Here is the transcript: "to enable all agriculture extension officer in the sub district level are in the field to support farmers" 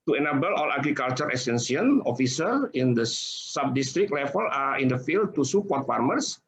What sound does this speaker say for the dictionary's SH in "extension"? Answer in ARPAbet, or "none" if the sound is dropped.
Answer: S